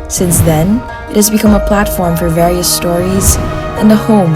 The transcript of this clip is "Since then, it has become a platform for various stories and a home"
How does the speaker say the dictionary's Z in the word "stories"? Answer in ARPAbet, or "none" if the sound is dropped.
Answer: Z